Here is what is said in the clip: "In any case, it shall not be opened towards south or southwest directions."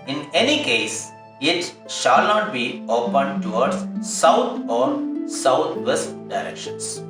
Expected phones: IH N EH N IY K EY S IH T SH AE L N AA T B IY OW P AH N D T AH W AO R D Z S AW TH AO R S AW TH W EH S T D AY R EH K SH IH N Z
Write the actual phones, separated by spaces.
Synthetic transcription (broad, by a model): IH N EH N IY K EY S IH T SH AE L N AA T B IY OW P AH N D T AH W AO R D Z S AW T AO R S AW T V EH S T D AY R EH K SH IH N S